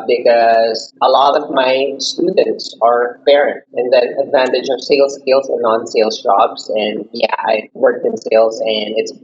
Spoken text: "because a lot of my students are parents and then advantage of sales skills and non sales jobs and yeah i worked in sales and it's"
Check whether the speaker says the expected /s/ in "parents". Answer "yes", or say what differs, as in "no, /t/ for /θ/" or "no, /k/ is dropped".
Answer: no, /s/ is dropped